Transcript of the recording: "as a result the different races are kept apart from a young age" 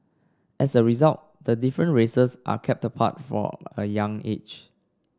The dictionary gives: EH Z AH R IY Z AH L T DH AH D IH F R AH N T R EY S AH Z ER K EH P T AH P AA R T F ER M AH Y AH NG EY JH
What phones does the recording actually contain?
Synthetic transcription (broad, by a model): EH S AH R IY Z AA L T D AH D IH F R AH N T R EY S AH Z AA K EH P T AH P AA T F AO AH Y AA NG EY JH